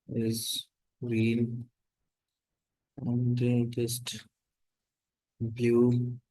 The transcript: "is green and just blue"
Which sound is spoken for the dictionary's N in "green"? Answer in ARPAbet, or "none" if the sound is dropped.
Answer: L